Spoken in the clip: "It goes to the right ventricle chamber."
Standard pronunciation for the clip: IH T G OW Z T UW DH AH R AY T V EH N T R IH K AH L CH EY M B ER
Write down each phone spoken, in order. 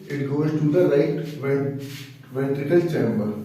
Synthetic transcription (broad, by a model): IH T G OW Z T UW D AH L AY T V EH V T IH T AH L CH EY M B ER